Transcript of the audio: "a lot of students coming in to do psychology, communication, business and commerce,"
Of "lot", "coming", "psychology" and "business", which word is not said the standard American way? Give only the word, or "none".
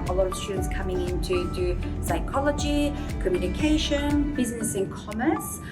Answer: lot